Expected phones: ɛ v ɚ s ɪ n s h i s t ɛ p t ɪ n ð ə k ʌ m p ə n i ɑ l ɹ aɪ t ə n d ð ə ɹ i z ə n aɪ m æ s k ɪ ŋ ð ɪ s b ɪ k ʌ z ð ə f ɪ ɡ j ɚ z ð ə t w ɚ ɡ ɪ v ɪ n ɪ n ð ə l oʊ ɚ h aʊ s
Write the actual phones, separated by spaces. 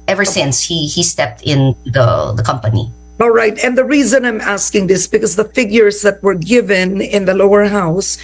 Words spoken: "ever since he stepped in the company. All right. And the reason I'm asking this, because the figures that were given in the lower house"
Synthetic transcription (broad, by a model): ɛ v ɚ s ɪ n s h i s t ɛ p t ɪ n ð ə k ʌ m p ə n i ɑ l ɹ aɪ t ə n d ð ə ɹ i z ə n aɪ m æ s k ɪ ŋ ð ɪ s b ɪ k ʌ z ð ə f ɪ ɡ j ɚ z ð ə t w ɚ ɡ ɪ v ɪ n ɪ n ð ə l oʊ ɚ h aʊ s